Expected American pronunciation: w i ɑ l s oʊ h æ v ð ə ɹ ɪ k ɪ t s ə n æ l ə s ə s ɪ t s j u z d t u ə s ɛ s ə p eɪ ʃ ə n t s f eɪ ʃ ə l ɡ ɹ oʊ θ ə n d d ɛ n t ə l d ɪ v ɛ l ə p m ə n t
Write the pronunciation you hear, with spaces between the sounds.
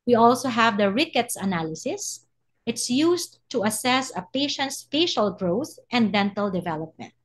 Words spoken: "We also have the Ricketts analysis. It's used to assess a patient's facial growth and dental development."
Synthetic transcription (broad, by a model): w i ɑ l s oʊ h æ v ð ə ɹ ɪ k ɪ t s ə n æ l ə s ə s ɪ t s j u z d t u ə s ɛ s ə p eɪ ʃ ə n t s f eɪ ʃ ə l ɡ ɹ oʊ θ ə n d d ɛ n t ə l d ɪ v ɛ l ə p m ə n t